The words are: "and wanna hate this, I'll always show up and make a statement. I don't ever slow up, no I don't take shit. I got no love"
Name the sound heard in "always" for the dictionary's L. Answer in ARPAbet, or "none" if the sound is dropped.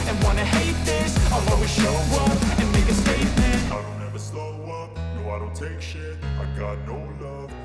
none